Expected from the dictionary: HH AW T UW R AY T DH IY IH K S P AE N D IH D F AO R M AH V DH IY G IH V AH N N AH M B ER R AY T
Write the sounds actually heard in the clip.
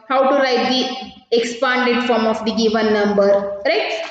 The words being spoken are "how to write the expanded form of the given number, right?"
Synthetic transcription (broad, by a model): HH AW T UW R AY T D IY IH K S P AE N D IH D F AO R M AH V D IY G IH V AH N N AH M B ER R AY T